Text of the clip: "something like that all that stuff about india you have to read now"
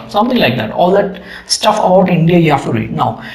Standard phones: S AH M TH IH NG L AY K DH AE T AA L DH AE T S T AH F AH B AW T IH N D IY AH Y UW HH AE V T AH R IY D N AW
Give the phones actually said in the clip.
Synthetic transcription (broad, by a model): S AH M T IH NG L AY K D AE T AA L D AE T S T AH F AH B AW T IH N D IY AH Y UW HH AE F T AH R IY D N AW